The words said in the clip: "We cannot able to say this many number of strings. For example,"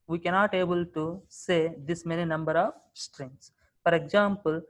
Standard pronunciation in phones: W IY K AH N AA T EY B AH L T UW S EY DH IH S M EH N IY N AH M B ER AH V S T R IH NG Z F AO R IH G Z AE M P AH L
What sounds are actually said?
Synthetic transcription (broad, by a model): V IY K AH N AA T EY B AH L T UW S EY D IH S M EH N IY N AH M B ER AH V S T R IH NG S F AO R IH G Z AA M P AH L